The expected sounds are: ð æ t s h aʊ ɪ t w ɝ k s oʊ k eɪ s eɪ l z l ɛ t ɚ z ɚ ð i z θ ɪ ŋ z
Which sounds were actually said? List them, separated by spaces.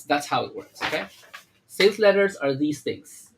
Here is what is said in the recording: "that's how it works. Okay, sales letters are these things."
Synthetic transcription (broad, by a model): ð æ t s h aʊ ɪ t w ɝ k s oʊ k eɪ s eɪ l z l ɛ t ɚ z ɚ ð i z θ ɪ ŋ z